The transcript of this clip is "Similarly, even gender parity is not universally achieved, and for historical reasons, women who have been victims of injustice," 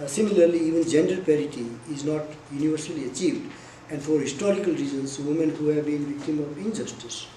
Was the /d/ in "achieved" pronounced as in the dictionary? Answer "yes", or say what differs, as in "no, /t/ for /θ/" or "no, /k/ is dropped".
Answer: yes